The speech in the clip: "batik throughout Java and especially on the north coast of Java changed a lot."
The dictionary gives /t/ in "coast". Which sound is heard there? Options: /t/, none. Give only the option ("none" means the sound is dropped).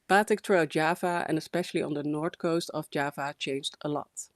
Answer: /t/